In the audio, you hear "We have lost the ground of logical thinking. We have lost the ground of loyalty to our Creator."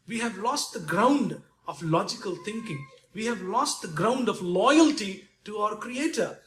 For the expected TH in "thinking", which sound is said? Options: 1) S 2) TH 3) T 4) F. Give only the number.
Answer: 3